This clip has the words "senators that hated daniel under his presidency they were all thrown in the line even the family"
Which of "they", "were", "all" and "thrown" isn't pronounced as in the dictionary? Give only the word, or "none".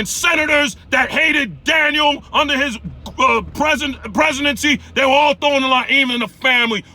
thrown